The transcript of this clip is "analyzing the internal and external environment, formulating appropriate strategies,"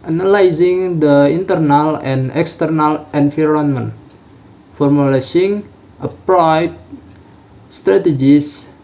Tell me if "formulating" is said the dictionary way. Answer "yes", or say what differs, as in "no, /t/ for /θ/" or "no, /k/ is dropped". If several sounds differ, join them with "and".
no, /s/ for /t/